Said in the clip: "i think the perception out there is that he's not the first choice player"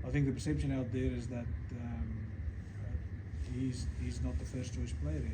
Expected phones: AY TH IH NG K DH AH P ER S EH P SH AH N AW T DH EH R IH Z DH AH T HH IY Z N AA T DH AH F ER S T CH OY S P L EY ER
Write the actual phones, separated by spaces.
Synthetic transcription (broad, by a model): AY TH IH NG K DH AH P ER S EH P SH AH N AW T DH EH R IH Z DH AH T HH IY Z N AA T DH AH F ER S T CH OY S P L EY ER